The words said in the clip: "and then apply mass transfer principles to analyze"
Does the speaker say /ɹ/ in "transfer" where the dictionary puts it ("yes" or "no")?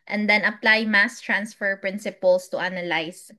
yes